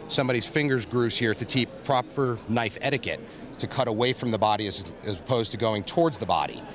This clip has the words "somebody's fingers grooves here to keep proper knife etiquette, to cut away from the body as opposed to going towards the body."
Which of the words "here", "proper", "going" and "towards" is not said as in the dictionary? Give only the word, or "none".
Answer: none